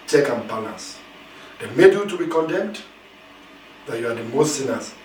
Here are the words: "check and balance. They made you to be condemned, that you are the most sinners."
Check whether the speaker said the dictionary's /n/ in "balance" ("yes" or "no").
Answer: no